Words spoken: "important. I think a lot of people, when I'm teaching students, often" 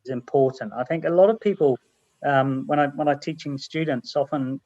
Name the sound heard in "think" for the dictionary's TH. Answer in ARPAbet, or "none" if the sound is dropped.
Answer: TH